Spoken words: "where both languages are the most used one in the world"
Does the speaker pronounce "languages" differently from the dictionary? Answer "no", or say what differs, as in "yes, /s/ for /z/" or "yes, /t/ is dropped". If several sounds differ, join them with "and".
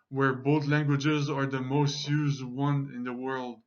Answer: no